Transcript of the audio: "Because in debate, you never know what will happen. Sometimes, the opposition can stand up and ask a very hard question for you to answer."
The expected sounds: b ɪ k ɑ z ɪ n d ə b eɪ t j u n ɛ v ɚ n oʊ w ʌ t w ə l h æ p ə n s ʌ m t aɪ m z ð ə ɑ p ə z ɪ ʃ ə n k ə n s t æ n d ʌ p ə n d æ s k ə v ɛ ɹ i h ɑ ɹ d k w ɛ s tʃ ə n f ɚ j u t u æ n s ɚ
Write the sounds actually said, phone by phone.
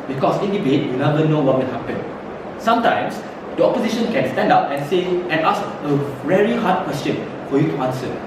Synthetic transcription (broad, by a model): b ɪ k ɑ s ɪ n d ə b eɪ t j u n ɛ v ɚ n oʊ w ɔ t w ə n h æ p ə n s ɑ m t aɪ m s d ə ɑ p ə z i ʃ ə n k ə n s t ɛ n d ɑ p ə n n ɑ s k ə v ɛ ɹ i h ɑ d k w ɛ s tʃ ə n f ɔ j u t u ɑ n s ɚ